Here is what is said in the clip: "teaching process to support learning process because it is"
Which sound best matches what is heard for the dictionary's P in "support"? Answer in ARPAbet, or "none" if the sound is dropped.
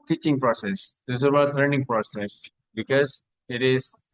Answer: B